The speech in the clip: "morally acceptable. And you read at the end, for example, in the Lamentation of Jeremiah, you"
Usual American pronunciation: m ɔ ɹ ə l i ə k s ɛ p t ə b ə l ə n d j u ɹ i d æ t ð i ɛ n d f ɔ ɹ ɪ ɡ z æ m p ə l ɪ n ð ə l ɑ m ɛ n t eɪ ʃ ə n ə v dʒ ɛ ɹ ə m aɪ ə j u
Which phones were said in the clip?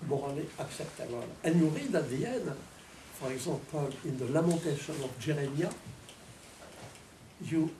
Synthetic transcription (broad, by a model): m ɔ ɹ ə l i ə k s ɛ p t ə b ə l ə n j u ɹ i d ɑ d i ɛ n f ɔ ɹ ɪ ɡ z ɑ p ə l ɪ n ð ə l ɑ m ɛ t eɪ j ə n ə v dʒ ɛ ɹ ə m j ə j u